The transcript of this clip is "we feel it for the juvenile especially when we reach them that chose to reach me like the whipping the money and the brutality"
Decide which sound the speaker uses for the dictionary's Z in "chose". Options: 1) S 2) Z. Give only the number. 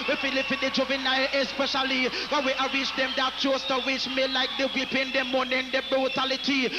1